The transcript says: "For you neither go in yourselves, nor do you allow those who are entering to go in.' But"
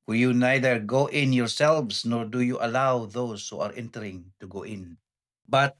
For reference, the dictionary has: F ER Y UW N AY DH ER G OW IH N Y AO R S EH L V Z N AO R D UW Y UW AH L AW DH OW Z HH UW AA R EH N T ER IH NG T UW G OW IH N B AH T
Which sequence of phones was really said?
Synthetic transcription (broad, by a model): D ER Y UW N AY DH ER G OW IH N Y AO R S EH L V S N AO R D UW Y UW AH L AW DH OW S HH UW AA R EH N T ER IH NG T UW G OW IH N B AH T